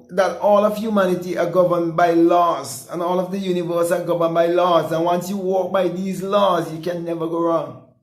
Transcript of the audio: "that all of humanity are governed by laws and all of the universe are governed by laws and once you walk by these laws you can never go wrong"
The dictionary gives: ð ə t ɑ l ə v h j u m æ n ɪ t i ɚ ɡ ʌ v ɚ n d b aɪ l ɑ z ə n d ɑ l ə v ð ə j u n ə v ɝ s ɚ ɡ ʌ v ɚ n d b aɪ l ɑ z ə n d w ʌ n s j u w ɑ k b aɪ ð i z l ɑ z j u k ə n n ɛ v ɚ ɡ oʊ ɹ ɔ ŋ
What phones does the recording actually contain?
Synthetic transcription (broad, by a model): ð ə t ɑ l ə v h j u m æ n ɪ t i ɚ ɡ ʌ v ɚ n b aɪ l ɑ z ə n ɑ l ə v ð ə j u n ə v ɝ s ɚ ɡ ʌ v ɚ n b aɪ l ɑ z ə n w ʌ n s j u w ɑ k b aɪ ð i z l ɑ z j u k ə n n ɛ v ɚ ɡ oʊ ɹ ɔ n